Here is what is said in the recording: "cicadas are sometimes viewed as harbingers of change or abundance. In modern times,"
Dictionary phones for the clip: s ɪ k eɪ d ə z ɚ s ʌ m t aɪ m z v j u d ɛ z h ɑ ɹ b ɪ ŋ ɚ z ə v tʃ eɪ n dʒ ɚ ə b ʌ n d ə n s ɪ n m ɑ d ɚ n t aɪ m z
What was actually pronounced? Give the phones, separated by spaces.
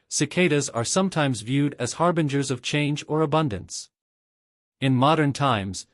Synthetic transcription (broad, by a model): s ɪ k eɪ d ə z ɚ s ʌ m t aɪ m z v j u d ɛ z h ɑ ɹ b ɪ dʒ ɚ z ə v tʃ eɪ n dʒ ɚ ə b ʌ n d ə n s ɪ n m ɑ d ɚ n t aɪ m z